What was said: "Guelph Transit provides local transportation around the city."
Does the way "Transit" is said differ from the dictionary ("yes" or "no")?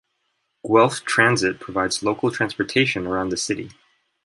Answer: no